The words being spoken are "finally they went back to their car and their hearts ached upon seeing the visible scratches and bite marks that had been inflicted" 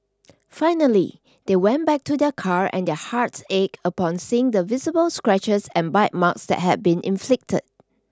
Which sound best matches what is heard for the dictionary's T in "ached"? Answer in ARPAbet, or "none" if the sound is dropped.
none